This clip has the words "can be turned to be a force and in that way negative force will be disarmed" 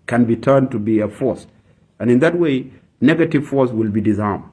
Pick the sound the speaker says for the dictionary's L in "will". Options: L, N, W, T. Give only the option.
L